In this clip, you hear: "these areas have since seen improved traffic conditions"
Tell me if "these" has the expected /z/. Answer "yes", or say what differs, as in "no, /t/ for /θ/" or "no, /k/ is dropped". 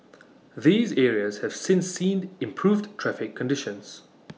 yes